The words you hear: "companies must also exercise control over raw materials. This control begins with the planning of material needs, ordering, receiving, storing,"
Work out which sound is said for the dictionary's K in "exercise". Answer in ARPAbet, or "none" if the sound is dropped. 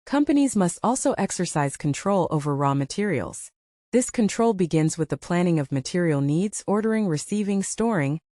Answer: K